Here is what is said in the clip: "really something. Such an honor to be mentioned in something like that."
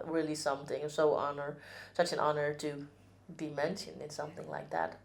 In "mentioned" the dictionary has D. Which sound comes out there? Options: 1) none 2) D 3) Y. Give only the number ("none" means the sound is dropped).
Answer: 1